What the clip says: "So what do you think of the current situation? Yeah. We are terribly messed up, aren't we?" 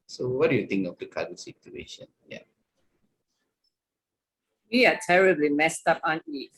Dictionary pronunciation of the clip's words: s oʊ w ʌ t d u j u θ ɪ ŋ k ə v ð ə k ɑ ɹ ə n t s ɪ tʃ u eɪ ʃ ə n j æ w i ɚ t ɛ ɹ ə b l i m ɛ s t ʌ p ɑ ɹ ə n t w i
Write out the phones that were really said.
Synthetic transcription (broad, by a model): s oʊ w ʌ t d u j u t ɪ ŋ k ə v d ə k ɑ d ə s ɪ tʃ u eɪ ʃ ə n j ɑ w i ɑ t ɛ ɹ ə b l i m ɛ s t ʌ p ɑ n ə t